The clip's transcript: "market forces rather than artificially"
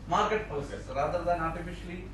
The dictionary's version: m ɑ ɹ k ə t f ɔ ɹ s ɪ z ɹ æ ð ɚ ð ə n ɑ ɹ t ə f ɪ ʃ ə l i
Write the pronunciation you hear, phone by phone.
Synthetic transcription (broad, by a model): m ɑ ɹ k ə t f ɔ l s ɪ s ɹ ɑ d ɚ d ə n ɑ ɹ t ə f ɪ ʃ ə l i